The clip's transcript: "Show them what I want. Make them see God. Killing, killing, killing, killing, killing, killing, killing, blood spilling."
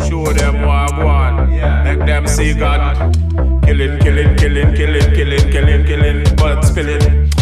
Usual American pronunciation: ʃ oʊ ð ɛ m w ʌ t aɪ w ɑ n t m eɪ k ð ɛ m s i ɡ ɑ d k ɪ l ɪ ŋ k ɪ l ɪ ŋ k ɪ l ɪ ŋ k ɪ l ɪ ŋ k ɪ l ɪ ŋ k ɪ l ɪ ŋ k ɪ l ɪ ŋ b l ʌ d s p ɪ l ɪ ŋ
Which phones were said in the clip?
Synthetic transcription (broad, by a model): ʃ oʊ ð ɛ m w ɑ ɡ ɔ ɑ n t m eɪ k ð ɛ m s i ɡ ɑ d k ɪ l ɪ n k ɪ l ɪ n k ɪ l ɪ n k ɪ l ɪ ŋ k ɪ l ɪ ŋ k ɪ l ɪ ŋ k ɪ l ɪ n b ʌ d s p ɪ l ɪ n